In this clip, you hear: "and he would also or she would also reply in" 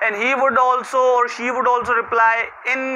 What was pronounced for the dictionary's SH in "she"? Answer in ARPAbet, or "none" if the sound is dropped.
SH